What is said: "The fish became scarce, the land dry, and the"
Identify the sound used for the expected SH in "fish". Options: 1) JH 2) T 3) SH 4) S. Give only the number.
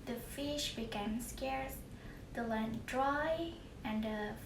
3